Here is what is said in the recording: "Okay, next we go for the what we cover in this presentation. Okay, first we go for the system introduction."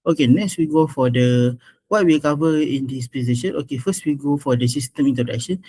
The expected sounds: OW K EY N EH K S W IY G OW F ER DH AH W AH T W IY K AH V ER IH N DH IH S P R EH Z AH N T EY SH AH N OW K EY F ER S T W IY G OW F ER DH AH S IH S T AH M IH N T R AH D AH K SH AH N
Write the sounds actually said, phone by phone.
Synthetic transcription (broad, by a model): OW K EY N EH K S W IY G OW F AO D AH W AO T W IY K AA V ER IH N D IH S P EH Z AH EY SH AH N OW K EY F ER S T W IY G OW F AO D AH S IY S T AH M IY N T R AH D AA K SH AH N